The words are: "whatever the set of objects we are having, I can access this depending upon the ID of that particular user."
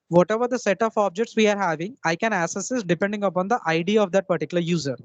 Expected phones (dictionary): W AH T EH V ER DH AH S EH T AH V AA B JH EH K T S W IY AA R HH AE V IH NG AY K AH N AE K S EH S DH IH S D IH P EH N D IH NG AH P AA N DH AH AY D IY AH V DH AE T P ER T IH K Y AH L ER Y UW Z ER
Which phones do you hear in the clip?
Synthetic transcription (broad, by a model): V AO T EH V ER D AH S EH T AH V AA B JH EH K T S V IY AA R HH AE V IH NG AY K AH N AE S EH S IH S D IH P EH N D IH NG AH P AA N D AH AY D IY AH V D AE T P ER T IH K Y L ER Y UW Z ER